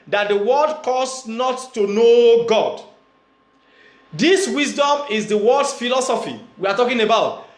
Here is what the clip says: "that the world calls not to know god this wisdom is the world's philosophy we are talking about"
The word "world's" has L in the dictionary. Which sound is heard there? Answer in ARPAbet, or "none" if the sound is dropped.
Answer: none